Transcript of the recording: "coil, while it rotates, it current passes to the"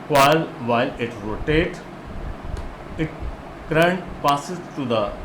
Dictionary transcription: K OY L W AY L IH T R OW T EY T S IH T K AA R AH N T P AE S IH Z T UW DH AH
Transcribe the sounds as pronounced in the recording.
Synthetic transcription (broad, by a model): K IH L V AY L IH T R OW T EY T IH T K R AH N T P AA S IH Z T UW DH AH